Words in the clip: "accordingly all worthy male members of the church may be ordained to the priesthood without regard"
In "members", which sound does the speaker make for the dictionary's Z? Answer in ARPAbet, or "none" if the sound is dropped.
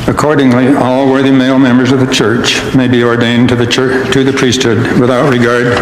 Z